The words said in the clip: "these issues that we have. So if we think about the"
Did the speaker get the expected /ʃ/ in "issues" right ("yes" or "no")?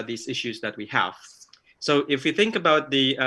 yes